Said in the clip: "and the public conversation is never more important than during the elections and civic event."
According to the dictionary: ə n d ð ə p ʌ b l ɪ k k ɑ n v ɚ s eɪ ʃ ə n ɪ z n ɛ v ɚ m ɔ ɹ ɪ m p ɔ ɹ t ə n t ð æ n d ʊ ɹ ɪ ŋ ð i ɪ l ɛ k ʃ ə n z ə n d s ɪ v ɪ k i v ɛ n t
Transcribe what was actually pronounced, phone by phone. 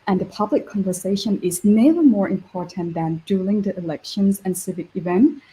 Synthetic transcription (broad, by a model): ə n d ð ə p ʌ b l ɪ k k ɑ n v ɚ s eɪ ʃ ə n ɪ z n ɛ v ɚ m ɔ ɹ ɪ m p ɔ ɹ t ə n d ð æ n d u l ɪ ŋ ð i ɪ l ɛ k ʃ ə n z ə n s ɪ v ɪ k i v ɛ n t